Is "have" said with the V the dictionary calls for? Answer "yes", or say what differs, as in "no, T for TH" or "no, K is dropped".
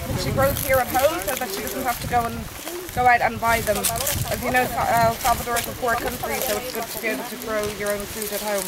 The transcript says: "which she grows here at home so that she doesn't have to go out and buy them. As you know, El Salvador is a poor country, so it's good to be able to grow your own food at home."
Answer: no, F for V